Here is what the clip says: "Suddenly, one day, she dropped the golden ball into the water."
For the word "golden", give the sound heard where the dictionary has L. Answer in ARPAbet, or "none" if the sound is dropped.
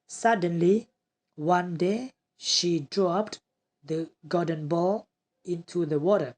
none